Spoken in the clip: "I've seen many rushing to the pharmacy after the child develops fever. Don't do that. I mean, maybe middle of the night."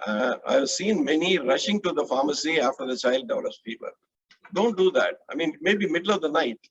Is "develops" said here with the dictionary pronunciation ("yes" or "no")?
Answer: no